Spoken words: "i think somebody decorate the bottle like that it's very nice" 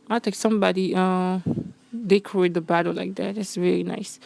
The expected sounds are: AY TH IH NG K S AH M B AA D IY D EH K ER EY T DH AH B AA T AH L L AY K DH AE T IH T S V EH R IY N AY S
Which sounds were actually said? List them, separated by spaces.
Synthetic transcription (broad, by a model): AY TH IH K S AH M B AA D IY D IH K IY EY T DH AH B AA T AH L L AY K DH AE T IH T S V EH R IY N AY S